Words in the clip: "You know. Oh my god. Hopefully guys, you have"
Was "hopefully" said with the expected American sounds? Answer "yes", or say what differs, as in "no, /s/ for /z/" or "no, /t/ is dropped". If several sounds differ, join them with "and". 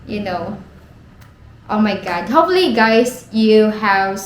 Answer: no, /p/ is dropped